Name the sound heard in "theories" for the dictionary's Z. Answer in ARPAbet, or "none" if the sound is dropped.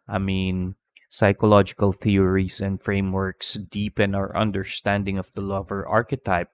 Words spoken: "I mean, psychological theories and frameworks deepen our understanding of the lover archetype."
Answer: S